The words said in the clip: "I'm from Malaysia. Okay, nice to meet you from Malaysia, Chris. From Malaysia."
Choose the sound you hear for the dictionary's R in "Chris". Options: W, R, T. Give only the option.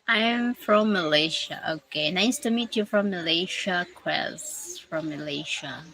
W